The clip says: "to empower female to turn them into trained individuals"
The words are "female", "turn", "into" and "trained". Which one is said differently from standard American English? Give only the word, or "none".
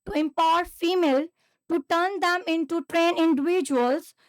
trained